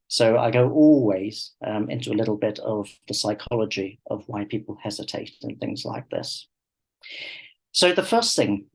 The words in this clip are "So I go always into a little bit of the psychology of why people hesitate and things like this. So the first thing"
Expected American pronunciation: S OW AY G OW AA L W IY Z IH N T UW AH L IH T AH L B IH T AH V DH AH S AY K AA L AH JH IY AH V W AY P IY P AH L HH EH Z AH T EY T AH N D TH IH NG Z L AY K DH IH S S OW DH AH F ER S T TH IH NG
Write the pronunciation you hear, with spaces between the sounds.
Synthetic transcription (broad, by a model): S OW AY G OW AA L W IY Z IH N T UW AH L IH T L B IH T AH V DH AH S AY K AA L AH JH IY AH V W AY P IY P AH L HH EH Z AH T EY T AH N TH IH NG Z L AY K DH IH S S OW DH AH F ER S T TH IH NG